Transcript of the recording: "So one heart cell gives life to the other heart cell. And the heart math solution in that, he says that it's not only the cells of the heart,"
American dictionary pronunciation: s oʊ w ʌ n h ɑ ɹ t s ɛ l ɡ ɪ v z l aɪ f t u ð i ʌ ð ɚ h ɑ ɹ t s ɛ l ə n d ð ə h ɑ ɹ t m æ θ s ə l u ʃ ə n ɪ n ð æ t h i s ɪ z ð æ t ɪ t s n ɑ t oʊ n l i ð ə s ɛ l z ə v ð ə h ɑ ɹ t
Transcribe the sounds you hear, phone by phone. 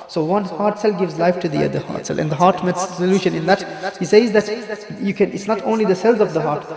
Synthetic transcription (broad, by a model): s oʊ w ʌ n h ɑ ɹ t s ɛ l ɡ ɪ v z l aɪ f t u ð i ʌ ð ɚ h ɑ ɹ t s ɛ l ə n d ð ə h ɑ ɹ t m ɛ s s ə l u ʃ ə n ɪ n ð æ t h i s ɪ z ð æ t ɪ t s n ɑ t oʊ n l i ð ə s ɛ l z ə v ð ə h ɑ ɹ t